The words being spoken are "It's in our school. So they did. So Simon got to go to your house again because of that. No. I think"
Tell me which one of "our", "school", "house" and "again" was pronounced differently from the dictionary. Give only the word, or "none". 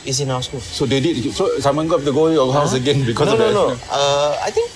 our